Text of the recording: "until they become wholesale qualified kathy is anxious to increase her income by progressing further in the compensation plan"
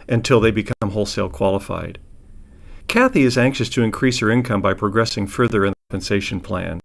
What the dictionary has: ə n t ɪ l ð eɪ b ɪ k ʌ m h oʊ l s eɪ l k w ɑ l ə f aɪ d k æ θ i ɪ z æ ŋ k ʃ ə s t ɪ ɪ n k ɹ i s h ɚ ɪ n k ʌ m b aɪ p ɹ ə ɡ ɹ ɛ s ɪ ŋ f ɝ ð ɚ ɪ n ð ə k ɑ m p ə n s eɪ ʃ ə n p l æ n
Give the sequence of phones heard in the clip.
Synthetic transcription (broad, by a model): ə n t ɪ l ð eɪ b ɪ k ʌ m h oʊ l s eɪ l k w ɑ l ə f aɪ d k æ θ i ɪ z æ ŋ k ʃ ə s t ɪ ɪ n k ɹ i s h ɚ ɪ n k ʌ m b aɪ p ɹ ə ɡ ɹ ɛ s ɪ ŋ f ɝ ð ɚ ɪ n ð ə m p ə n s eɪ ʃ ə n p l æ n